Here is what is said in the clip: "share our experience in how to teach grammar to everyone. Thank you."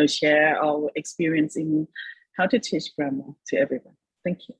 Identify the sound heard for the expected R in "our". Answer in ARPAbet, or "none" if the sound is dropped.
L